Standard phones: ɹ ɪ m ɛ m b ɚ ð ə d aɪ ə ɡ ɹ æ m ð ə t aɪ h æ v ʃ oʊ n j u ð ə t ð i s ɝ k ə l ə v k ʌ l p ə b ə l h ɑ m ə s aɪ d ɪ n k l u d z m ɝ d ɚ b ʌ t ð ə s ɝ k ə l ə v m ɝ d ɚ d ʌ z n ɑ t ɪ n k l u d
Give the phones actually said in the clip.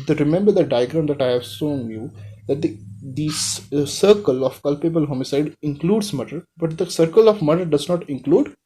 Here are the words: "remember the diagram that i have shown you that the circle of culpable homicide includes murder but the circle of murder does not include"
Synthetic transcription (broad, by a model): ɹ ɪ m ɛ m b ɚ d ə d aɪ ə ɡ ɹ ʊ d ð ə t aɪ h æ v s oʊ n j u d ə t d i s ɝ k ə l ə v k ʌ l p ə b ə l h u m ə s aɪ d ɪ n k l u d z m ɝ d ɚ b ʌ t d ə s ɝ k ə l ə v m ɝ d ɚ d ʌ z n ɑ t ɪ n k l u d